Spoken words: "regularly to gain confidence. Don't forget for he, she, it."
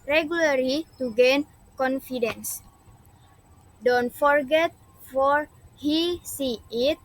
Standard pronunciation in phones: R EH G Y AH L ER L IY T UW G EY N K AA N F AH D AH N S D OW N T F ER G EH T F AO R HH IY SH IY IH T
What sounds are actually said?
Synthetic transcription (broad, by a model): R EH G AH L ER L IY T UW G EY N K AA N F AH D AH N S D OW N T F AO G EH T F AO R HH IY S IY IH T